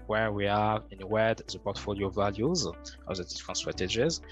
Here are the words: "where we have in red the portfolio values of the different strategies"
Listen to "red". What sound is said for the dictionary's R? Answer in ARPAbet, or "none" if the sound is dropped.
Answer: W